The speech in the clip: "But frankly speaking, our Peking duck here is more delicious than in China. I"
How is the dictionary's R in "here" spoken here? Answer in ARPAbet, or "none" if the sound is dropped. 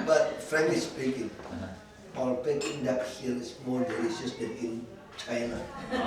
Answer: L